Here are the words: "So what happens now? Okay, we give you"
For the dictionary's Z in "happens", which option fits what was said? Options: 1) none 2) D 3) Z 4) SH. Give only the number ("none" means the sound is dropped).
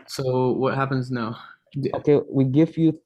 3